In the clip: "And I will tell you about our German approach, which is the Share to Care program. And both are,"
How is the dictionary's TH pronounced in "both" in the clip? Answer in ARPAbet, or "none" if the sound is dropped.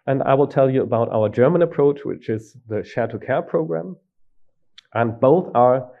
TH